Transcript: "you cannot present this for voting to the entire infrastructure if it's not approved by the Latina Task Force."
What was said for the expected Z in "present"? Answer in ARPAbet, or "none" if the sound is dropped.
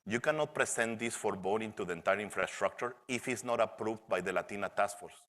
S